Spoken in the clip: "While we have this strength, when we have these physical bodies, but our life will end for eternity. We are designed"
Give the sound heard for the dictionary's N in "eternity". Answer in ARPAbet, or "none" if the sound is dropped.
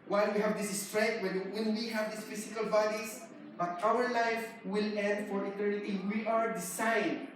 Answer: L